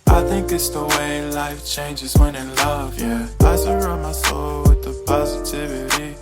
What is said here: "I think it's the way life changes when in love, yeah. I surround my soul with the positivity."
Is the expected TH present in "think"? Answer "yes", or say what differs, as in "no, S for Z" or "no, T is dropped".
yes